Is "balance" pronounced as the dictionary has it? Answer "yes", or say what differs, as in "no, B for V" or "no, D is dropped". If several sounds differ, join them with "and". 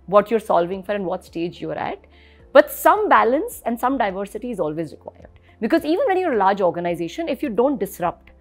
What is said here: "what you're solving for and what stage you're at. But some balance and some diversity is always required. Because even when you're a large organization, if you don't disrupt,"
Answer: yes